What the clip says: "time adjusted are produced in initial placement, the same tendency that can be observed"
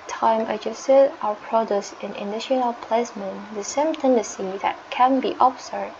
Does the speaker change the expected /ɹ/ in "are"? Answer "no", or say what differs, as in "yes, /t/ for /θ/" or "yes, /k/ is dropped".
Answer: yes, /w/ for /ɹ/